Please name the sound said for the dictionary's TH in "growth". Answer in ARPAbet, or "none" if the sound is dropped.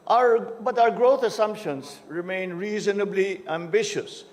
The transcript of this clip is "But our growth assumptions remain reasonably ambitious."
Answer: T